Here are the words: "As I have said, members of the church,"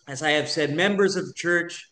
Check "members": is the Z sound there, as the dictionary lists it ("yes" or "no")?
yes